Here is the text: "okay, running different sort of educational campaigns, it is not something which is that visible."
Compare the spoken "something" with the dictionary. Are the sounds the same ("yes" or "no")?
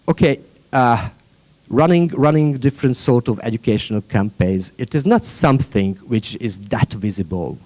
yes